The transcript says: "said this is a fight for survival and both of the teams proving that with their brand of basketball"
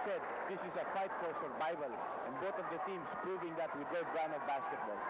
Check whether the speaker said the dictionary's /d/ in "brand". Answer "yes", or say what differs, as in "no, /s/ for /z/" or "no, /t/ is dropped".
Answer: no, /d/ is dropped